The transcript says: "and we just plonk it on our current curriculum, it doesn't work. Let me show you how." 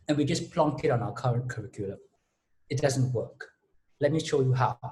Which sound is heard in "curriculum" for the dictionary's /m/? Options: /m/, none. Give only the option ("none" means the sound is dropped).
none